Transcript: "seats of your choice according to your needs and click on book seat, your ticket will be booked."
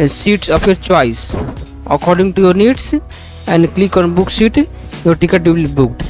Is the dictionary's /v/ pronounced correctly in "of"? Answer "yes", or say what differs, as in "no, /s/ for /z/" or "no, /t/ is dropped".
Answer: no, /p/ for /v/